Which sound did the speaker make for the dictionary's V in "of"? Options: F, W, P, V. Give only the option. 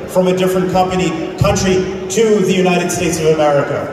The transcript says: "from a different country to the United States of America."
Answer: V